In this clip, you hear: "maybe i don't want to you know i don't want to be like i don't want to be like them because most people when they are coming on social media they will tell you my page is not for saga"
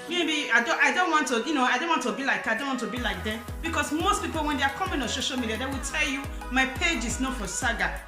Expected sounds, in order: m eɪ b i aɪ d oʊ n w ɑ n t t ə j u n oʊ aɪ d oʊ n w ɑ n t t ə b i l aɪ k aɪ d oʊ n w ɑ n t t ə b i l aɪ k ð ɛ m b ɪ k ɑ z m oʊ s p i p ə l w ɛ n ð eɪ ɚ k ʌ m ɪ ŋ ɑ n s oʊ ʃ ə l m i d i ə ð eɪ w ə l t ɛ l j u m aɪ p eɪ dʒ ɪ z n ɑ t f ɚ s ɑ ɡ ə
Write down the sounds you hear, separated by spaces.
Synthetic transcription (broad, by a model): m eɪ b i aɪ d oʊ n w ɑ n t t ə j u n oʊ aɪ d oʊ n w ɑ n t t ə b i l aɪ k aɪ d oʊ n w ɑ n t t ə b i l aɪ k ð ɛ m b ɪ k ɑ s m oʊ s p i p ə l w ɛ n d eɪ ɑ k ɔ m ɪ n ɑ n s oʊ ʃ ə l m i d i ə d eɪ w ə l t ɛ l j u m aɪ p eɪ dʒ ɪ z n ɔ f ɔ s ɑ ɡ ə